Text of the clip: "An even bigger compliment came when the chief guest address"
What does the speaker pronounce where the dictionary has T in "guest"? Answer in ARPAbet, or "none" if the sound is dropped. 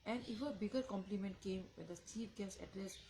none